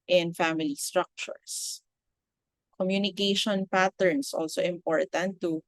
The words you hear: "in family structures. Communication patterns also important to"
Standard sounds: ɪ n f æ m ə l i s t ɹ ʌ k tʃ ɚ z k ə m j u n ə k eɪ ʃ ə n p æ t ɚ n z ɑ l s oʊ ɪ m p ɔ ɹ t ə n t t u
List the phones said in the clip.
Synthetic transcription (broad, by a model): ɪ n f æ m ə l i s t ɹ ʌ k tʃ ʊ s k ə m j u n ə k eɪ ʃ ə n p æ t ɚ n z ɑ l s oʊ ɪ m p ɔ ɹ t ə n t t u